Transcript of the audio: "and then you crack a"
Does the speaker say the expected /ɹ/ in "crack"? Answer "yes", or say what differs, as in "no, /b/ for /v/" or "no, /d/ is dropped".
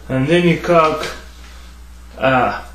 no, /ɹ/ is dropped